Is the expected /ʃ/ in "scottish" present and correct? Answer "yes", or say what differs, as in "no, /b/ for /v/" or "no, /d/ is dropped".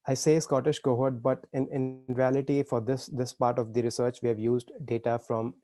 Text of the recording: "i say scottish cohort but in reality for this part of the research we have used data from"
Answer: yes